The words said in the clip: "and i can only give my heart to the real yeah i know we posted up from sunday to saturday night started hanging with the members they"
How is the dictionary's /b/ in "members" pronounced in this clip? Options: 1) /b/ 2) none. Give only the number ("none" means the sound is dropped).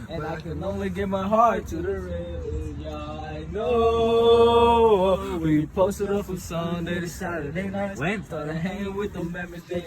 2